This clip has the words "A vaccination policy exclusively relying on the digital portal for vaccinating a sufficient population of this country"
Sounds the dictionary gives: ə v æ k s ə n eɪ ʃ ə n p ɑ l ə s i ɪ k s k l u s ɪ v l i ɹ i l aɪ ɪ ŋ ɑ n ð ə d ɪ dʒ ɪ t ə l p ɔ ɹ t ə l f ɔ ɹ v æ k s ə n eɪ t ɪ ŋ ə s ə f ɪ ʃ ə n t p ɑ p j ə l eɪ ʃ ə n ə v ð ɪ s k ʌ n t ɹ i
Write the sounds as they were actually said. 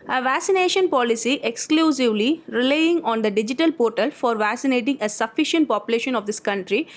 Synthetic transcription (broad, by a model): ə v æ k s ə n eɪ ʃ ə n p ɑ l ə s i ɪ k s k l u s ɪ v l i ɹ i l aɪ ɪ ŋ ɑ n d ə d ɪ dʒ ɪ t ə l p ɔ ɹ t ə l f ɔ ɹ v æ k s ə n eɪ t ɪ ŋ ə s ə f ɪ ʃ ə n t p ɑ p j ə l eɪ ʃ ə n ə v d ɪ s k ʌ n t ɹ i